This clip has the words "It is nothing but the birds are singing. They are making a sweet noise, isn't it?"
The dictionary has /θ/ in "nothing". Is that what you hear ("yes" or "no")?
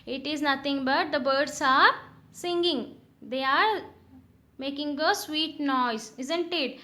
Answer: no